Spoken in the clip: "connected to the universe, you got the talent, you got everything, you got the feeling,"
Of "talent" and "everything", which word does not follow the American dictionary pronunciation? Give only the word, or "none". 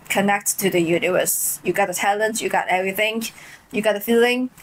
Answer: none